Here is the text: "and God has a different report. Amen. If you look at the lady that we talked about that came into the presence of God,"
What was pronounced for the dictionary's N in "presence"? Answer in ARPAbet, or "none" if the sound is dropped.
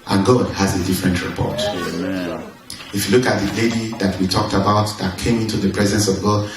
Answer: N